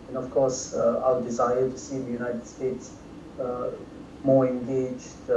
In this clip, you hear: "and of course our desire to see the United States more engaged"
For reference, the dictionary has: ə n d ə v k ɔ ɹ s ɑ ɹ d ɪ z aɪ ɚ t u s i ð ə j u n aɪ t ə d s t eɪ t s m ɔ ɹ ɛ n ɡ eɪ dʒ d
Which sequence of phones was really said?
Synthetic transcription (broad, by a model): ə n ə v k ɔ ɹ s ɑ l d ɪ z aɪ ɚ t u s i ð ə j u n aɪ t ə d s t eɪ t s m ɔ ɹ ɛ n ɡ eɪ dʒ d